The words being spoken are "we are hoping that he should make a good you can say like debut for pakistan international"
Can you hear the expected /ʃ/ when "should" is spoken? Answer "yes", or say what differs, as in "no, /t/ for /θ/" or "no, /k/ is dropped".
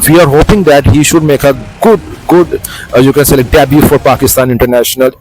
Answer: yes